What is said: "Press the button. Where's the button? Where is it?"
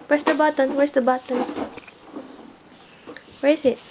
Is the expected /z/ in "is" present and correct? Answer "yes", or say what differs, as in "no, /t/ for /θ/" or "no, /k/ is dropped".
no, /s/ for /z/